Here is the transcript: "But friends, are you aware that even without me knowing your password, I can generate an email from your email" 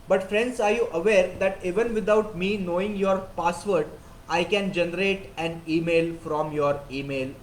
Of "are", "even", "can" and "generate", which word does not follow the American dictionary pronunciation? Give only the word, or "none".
none